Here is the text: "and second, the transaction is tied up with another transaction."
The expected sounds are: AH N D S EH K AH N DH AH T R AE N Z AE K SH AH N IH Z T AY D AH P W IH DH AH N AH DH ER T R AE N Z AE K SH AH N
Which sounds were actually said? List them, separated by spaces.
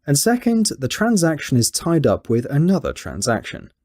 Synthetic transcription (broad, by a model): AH N S EH K AH N DH AH T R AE N Z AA K SH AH N IH Z T AY D AH P W IH DH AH N AH DH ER T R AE N Z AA K SH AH N